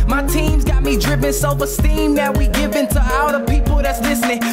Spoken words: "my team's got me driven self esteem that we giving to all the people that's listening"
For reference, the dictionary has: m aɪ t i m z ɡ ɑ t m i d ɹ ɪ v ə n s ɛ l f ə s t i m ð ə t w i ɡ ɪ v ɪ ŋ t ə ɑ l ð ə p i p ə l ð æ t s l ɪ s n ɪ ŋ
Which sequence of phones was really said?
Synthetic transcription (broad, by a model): m aɪ t i m z ɡ ɑ t m i d ɹ ɪ p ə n s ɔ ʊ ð ə s t i m ð ə t w i ɡ ɪ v ɪ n t ə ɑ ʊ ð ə p i p l ð æ t s l ɪ s n ɪ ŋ